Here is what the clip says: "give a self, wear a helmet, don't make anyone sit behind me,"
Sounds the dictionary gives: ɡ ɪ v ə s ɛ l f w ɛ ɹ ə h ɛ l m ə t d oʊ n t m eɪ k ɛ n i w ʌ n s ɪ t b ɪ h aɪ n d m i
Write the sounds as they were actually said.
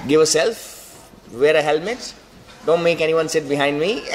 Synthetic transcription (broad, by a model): ɡ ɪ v ə s ɛ l f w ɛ ɹ ə h ɛ l m ə t d oʊ n t m eɪ k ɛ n i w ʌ n s ɪ t b ɪ h aɪ n d m i